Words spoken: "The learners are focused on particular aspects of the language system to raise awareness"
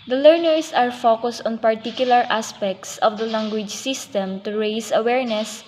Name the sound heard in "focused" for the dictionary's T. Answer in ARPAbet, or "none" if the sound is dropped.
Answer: T